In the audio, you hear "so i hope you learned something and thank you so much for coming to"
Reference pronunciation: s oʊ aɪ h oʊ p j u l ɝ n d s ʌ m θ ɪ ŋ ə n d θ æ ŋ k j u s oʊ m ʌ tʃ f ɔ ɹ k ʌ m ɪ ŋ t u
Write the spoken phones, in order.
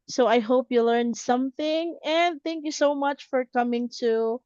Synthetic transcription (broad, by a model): s oʊ aɪ h oʊ p j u l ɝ n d s ʌ m θ ɪ ŋ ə n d θ æ ŋ k j u s oʊ m ʌ tʃ f ɔ ɹ k ʌ m ɪ ŋ t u